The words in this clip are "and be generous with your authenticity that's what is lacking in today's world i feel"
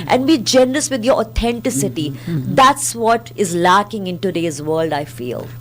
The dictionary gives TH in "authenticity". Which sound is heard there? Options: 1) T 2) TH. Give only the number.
1